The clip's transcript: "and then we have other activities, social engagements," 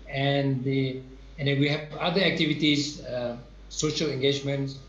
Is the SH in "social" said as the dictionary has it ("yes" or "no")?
yes